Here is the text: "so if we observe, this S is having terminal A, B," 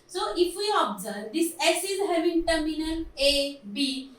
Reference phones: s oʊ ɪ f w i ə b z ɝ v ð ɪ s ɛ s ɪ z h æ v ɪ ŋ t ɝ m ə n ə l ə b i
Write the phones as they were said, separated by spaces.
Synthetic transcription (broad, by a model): s oʊ ɪ f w i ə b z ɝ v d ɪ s ɛ s ɪ z h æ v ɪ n t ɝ m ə n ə n ə b i